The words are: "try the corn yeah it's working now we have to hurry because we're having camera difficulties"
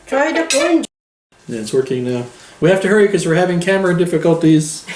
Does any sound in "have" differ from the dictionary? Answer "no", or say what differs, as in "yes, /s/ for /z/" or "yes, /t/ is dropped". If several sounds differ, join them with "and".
yes, /f/ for /v/